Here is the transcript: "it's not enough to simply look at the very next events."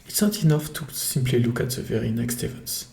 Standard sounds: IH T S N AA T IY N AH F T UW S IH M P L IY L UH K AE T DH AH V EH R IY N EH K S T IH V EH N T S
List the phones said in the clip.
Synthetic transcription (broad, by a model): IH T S N AA T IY N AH F T UW S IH M P L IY L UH K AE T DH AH V EH R IY N EH K S T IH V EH N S